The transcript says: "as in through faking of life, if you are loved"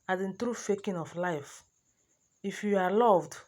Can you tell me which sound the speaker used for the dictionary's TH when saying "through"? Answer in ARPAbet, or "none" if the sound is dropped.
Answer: T